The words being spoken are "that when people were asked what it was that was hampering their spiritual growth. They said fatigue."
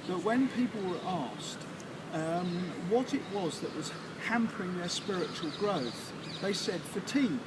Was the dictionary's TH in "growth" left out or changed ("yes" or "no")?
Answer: no